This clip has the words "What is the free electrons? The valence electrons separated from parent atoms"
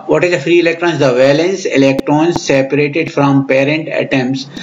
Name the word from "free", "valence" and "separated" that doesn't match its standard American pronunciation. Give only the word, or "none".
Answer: none